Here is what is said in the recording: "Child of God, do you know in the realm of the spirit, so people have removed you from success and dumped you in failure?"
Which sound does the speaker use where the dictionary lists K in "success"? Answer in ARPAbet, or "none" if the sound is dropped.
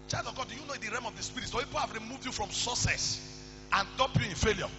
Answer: none